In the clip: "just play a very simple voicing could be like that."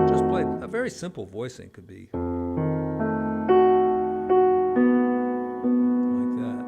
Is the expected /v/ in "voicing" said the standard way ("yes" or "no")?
yes